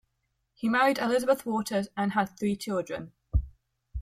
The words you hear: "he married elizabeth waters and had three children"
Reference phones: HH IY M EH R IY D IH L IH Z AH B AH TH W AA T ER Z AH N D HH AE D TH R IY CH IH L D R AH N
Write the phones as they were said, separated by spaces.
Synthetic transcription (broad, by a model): HH IY M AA R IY D IH L IH Z AH B AH TH W AA T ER Z AH N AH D TH R IY CH IH L D R AH N